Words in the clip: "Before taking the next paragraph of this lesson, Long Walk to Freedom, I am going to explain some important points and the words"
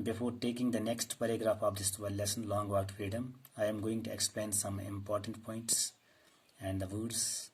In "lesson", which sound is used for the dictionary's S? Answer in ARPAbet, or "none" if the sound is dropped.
S